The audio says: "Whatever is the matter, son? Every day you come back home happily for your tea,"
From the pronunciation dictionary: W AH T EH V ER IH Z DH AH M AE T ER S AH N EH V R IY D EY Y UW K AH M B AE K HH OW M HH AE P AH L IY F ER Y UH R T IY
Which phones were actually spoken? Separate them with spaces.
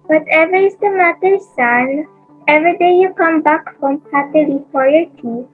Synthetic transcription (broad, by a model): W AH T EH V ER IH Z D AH M AE T ER S AH N EH V R IY D EY Y UW K AH M B AE K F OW M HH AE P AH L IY P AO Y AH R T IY